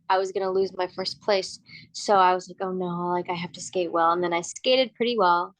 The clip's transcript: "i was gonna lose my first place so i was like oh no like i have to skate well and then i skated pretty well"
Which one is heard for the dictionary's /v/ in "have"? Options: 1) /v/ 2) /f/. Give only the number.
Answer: 2